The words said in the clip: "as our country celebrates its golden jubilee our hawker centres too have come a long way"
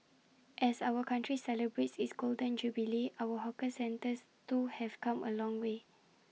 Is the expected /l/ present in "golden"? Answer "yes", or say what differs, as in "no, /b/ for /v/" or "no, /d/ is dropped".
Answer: yes